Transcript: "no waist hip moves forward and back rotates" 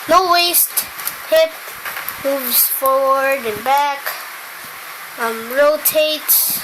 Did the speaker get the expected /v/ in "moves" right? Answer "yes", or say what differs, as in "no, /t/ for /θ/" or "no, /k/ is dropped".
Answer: yes